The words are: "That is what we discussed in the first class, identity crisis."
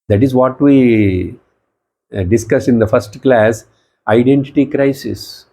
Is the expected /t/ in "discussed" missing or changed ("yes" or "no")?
yes